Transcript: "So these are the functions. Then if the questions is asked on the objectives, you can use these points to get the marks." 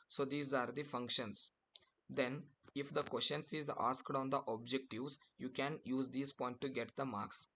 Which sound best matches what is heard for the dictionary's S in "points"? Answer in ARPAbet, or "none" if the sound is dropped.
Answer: none